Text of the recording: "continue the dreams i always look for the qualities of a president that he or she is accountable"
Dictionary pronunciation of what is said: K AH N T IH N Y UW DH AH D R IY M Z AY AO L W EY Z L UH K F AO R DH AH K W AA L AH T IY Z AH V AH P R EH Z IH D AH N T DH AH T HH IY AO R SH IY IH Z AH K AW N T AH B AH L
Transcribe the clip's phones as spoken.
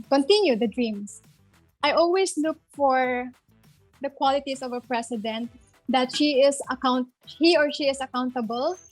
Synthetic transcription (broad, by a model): K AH N T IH N Y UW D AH D R IY M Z AY AO L W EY S L UH K F AO R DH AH K W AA L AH T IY S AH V AH P R EH S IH D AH N T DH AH T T IY AO R SH IY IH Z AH K AW N T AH B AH L